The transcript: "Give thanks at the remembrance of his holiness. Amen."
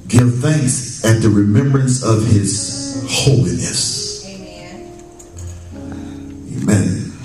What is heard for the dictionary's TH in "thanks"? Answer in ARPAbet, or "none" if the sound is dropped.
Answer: TH